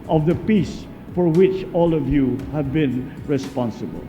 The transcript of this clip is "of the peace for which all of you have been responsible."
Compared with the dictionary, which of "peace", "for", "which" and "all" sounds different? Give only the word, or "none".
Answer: none